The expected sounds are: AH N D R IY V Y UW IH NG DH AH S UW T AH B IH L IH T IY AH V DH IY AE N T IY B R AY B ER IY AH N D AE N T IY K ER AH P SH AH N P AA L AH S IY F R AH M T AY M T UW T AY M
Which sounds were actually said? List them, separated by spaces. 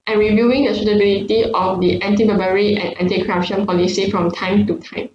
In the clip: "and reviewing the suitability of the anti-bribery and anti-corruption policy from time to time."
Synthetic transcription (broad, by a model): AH N R IY V Y UW IH NG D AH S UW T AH B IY L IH T IY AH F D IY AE N T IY B AY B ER IY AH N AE N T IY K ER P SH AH N P AA L AH S IY F R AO M T AY M T UW T AY M